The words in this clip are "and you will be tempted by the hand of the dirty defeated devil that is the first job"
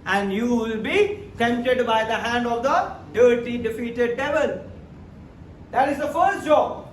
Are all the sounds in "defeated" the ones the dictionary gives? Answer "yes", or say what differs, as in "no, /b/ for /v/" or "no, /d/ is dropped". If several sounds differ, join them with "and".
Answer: yes